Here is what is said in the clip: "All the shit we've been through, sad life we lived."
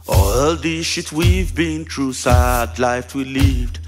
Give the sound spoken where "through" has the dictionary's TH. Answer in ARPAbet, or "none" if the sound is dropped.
T